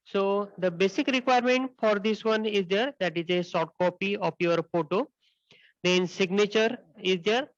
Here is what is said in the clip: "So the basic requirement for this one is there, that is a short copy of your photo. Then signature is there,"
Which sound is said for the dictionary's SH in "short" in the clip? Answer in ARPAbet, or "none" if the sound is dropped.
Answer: S